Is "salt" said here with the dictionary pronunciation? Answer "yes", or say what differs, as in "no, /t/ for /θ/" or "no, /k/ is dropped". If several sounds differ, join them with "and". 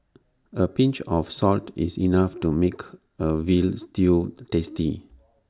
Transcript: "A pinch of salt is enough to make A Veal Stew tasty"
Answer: yes